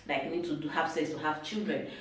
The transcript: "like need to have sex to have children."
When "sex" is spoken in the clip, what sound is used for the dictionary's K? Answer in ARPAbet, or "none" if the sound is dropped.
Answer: none